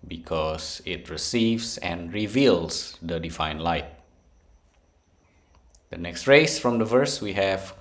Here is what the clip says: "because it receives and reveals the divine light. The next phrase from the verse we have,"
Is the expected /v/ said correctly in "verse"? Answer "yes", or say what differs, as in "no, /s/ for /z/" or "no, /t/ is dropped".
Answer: yes